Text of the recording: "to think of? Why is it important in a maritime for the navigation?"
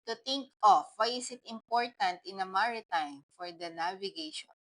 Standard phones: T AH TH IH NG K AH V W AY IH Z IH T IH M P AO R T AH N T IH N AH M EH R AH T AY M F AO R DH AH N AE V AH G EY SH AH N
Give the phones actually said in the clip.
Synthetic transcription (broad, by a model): T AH T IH NG K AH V W AY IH S IH T IH M P AO R T AH N T IH N AH M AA R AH T AY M F AO R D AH N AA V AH G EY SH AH N